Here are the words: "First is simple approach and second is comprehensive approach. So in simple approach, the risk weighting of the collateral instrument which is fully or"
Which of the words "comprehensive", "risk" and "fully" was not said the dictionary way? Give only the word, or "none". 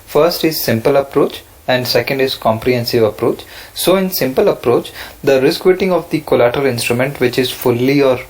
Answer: none